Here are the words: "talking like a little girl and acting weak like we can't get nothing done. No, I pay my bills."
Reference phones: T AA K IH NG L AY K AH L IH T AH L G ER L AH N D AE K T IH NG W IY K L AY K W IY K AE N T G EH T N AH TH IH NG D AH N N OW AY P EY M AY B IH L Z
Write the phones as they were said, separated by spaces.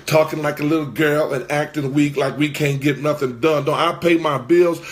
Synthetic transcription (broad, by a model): T AA K IH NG L AY K AH L IH T L G ER L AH N AE K T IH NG W IY K L AY K W IY K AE N G EH T N AH TH IH NG D AH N N OW AY P EY M AY B IH L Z